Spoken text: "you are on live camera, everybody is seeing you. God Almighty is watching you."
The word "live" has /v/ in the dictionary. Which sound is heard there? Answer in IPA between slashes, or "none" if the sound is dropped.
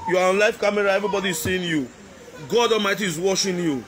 /f/